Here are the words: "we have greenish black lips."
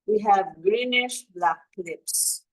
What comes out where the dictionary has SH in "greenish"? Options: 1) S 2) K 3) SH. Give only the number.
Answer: 3